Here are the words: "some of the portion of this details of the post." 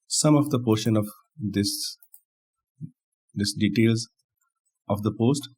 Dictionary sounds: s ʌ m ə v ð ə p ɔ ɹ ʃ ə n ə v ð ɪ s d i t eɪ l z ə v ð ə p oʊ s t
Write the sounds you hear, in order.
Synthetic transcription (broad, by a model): s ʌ m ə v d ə p ɔ ɹ ʃ ə n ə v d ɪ s d i t eɪ l z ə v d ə p oʊ s t